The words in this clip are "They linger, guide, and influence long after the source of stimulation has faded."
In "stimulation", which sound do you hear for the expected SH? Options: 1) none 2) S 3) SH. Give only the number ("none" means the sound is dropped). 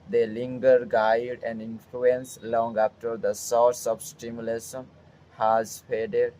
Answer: 2